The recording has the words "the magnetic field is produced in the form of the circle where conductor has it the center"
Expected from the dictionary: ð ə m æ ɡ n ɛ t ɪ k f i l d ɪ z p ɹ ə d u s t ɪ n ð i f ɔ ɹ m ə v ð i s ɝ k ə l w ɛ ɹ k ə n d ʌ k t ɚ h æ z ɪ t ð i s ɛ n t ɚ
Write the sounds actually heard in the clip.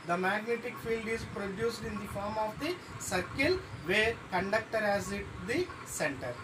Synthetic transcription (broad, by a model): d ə m æ ɡ n ɛ t ɪ k f i l d ɪ z p ɹ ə d u s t ɪ n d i f ɔ ɹ m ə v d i s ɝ k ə l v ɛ ɹ k ə n d ʌ k t ɚ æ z ɪ t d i s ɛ n t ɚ